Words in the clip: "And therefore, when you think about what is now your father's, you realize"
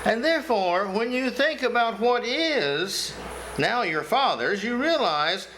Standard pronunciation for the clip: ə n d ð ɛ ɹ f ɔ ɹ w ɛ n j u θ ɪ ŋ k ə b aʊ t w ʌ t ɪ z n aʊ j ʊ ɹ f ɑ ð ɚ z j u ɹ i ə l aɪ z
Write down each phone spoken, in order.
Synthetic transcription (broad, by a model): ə n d ð ɛ ɹ f ɔ ɹ w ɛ n j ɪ θ ɪ ŋ k ə b aʊ t w ʌ t ɪ z n aʊ j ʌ ɹ f ɑ ð ɚ z j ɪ ɹ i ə l aɪ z